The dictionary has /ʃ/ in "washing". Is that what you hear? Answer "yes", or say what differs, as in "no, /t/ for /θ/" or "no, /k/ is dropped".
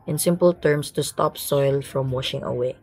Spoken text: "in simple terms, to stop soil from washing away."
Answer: yes